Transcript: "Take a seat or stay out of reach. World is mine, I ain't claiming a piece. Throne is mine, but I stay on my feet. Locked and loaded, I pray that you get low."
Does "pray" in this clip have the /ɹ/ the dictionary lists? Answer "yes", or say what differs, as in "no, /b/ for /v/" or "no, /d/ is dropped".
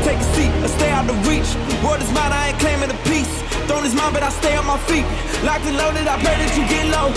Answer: no, /l/ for /ɹ/